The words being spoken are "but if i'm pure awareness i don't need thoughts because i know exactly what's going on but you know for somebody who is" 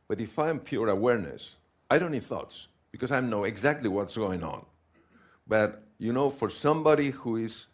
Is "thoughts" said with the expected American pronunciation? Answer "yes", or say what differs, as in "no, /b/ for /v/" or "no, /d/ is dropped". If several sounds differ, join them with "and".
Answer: yes